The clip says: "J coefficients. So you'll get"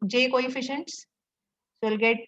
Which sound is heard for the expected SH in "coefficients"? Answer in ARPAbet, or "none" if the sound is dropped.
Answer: SH